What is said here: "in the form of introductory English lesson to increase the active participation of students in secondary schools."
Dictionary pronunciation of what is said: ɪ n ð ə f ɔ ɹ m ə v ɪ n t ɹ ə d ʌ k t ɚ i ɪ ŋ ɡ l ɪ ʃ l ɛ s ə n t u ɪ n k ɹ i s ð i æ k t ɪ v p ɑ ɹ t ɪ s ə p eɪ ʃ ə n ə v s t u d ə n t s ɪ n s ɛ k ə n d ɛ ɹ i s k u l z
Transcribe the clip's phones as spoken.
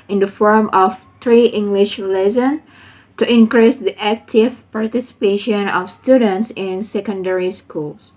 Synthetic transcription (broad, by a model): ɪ n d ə f ɔ ɹ m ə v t ɹ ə t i ɪ ŋ ɡ l ɪ ʃ l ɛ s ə n t u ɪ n k ɹ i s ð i æ k t ɪ v p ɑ ɹ t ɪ s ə p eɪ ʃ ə n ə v s t u d ə n t s ɪ n s ɛ k ə n d ɛ ɹ i s k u l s